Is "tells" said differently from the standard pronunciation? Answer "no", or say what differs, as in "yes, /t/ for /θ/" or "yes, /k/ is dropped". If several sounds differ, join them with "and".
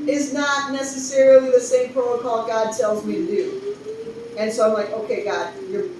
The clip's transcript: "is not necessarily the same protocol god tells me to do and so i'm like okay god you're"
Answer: no